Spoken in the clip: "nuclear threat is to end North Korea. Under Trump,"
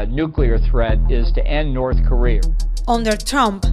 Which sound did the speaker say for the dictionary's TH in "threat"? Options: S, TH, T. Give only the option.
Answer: TH